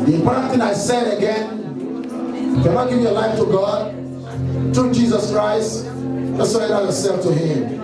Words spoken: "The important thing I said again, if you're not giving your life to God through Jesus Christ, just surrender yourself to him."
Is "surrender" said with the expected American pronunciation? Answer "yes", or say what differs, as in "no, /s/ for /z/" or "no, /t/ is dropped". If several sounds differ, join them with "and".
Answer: no, /n/ is dropped